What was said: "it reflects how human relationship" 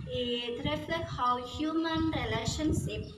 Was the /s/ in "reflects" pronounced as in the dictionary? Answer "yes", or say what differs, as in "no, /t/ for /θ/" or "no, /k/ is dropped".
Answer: no, /s/ is dropped